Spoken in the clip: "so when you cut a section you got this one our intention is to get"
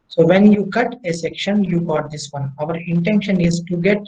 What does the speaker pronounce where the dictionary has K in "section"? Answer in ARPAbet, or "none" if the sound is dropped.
K